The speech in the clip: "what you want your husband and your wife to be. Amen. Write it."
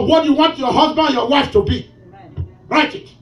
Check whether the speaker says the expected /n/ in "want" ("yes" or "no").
yes